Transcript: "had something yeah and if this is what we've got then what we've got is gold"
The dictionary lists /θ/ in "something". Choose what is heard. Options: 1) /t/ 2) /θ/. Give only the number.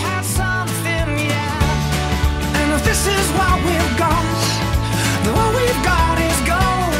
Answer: 2